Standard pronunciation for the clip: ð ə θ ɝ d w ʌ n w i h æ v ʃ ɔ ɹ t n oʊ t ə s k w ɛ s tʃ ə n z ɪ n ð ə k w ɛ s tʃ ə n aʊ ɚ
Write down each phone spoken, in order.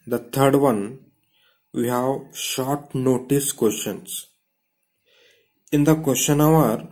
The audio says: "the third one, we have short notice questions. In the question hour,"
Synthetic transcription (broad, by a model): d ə t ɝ d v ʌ n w i h æ v ʃ ɔ ɹ t n oʊ t ə s k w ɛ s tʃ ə n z ɪ n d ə k w ɛ s tʃ ə n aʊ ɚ